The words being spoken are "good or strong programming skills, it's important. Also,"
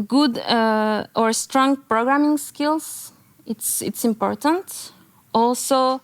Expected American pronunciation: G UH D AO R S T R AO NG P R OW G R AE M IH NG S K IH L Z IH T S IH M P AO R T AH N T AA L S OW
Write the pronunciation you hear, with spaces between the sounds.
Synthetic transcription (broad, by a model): G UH D AO R S T R AO NG P R OW G R AE M IH NG S K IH L S IH T S IH M P AO R T AH N T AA L S OW